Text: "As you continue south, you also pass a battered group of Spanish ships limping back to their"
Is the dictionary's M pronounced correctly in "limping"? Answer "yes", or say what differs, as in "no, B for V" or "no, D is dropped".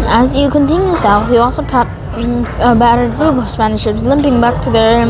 yes